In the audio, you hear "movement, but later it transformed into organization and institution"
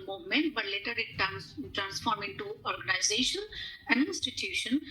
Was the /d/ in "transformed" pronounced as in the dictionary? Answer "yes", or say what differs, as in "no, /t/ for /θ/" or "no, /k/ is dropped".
no, /d/ is dropped